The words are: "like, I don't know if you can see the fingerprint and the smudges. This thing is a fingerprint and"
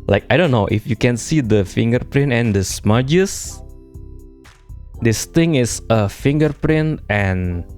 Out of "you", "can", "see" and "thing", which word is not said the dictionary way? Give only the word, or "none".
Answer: thing